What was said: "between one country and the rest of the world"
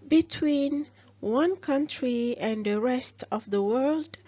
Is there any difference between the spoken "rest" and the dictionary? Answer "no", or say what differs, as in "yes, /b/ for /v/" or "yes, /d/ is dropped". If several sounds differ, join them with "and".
no